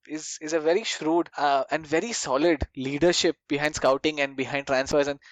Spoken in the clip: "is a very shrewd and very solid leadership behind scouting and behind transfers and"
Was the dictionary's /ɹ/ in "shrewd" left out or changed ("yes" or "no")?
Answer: no